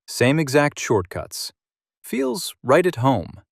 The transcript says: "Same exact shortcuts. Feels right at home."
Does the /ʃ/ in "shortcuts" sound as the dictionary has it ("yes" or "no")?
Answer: yes